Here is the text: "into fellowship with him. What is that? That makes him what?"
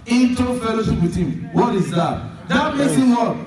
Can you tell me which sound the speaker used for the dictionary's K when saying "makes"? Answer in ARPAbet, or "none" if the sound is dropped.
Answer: none